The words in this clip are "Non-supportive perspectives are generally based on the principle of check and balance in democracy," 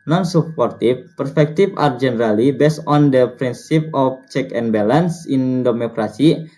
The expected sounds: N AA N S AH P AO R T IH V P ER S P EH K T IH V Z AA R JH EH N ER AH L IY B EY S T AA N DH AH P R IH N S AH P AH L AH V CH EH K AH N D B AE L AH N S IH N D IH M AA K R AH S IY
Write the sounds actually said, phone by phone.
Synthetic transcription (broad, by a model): N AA N S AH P AO R T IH F P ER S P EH K T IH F AA R JH EH N ER AH L IY B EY S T AA N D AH P R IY N S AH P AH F CH EH K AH N B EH L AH N S IH N D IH M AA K R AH S IY